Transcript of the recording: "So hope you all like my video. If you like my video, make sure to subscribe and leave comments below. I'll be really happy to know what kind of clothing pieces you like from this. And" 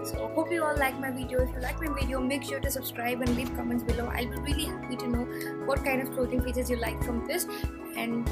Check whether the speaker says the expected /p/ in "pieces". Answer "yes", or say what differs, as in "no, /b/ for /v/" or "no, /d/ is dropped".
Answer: no, /f/ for /p/